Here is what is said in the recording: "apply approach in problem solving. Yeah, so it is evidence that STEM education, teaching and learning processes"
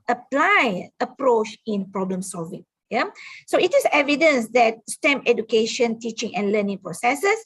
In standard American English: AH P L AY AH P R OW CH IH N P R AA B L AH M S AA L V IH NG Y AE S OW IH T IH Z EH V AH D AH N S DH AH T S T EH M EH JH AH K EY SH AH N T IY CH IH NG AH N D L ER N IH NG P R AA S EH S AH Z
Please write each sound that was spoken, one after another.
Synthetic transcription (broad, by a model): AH P L AY AH P R OW CH IH N P R AA B L AH M S AA L V IH NG Y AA S OW IH T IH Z EH V AH D AH N S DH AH T S T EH M EH JH AH K EY SH AH N T IY CH IH NG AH N L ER N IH NG P R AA S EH S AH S